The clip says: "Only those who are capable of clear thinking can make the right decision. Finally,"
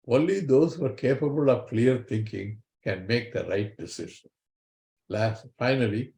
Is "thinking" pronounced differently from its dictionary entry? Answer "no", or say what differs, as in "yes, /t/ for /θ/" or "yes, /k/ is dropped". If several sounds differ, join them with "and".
yes, /t/ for /θ/